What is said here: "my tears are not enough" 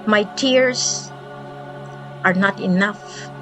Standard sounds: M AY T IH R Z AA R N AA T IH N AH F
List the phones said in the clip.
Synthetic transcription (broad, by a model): M AY T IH R S AA R N AA T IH N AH F